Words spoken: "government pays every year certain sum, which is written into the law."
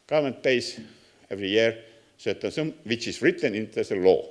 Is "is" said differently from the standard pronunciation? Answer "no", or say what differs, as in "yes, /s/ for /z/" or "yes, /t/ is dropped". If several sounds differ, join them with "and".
yes, /s/ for /z/